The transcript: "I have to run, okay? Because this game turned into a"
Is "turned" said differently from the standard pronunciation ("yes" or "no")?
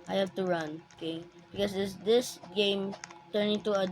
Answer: yes